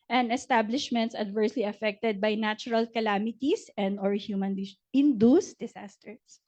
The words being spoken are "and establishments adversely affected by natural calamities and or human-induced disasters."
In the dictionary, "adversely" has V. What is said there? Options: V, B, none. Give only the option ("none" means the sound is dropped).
V